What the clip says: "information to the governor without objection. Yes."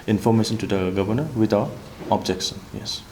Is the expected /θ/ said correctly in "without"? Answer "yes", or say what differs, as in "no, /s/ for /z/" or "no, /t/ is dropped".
no, /t/ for /θ/